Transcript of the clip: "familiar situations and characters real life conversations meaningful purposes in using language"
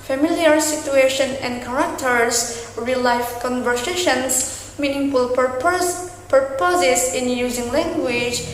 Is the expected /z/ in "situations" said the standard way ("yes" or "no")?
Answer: no